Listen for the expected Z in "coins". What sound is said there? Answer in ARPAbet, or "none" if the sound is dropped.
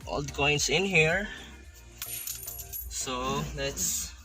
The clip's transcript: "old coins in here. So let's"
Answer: S